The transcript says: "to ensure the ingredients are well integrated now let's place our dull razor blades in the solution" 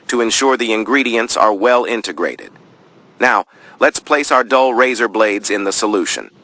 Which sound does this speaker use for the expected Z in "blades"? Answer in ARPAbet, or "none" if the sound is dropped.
Z